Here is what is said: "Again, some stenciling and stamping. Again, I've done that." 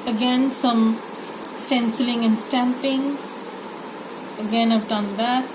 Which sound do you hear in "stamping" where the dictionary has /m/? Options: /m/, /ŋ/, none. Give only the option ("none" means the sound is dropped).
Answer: /m/